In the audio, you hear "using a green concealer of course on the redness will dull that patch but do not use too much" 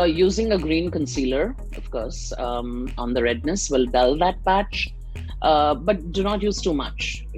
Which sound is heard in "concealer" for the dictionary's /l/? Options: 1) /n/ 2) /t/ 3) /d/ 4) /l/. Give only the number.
4